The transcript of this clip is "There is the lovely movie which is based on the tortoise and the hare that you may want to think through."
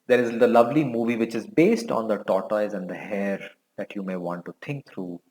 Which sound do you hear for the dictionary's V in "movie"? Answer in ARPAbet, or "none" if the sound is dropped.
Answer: V